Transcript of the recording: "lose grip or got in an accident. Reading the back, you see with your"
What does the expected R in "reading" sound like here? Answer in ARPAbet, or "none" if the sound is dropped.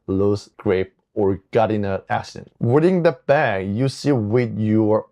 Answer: W